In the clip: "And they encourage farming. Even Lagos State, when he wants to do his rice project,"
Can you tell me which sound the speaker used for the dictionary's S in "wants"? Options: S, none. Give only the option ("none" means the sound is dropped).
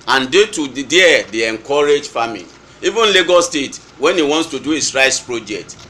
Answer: S